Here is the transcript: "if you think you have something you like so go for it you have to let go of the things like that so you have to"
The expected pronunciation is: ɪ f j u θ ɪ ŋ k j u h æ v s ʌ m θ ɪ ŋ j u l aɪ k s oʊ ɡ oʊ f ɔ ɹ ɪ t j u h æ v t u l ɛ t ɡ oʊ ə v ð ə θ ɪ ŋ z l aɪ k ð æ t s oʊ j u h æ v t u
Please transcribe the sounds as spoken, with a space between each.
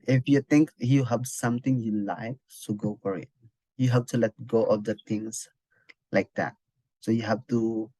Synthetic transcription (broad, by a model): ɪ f j u t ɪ ŋ k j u h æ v s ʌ m t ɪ ŋ j u l aɪ k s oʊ ɡ oʊ f ɔ ɹ ɪ t j u h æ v t u l ɛ t ɡ oʊ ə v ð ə t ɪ ŋ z l aɪ k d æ t s oʊ j u h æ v t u